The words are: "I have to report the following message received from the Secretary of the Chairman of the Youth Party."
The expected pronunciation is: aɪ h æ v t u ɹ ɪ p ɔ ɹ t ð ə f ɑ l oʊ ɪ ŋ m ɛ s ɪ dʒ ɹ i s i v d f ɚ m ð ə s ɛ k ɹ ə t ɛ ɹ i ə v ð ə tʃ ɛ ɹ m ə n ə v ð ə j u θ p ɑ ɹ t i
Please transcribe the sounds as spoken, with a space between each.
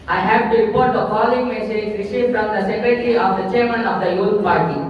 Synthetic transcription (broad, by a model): aɪ h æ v t u ɹ ɪ p ɔ ɹ t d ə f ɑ l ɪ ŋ m ɛ s ɪ dʒ ɹ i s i f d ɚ m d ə s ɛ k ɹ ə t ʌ ɹ i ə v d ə tʃ ɛ ɹ m ə n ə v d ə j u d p ɑ ɹ t i